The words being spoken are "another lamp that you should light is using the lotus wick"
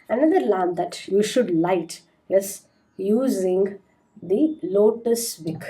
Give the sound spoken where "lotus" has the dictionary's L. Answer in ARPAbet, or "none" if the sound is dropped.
L